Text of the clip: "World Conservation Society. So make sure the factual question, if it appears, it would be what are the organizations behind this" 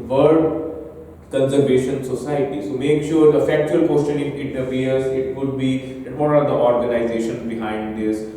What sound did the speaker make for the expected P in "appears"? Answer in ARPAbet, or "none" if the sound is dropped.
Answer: F